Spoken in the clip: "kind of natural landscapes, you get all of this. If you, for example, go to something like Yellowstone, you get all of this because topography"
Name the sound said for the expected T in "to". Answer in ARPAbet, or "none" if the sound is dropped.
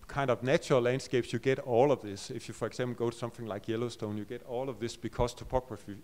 T